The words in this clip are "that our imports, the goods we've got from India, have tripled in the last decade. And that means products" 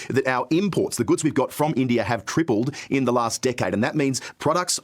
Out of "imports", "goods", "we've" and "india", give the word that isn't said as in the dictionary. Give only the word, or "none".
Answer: none